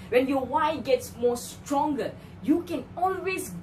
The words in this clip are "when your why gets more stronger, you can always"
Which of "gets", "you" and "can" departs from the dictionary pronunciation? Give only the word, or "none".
none